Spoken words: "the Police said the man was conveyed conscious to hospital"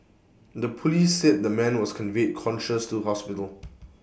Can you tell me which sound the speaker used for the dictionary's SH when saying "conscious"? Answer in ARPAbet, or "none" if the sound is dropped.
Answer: SH